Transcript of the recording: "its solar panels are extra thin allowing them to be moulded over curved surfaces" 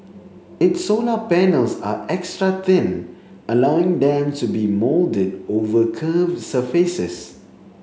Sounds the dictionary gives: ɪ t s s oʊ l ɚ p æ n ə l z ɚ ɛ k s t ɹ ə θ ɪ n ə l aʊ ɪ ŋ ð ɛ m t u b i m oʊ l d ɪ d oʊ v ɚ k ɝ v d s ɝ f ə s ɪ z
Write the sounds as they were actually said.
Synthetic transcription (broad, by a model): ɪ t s s oʊ l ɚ p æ n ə l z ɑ ɛ k s t ɹ ə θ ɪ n ə l aʊ ɪ ŋ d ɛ m t u b i m oʊ l d ɪ d oʊ v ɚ k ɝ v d s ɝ f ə s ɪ s